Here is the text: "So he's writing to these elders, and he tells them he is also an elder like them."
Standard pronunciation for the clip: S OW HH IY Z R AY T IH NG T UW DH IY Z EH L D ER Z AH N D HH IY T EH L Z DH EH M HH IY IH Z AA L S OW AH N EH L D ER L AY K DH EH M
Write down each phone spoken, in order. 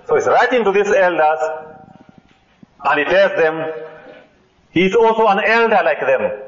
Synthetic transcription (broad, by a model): S OW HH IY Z R AY T IH NG T UW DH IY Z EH L D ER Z AH N D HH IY T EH L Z DH EH M HH IY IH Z AA L S OW AH N EH L D ER L AY K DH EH M